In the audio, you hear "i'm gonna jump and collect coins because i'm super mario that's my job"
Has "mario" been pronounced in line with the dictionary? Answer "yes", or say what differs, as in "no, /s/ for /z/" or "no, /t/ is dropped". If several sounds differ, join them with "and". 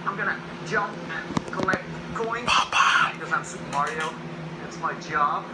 yes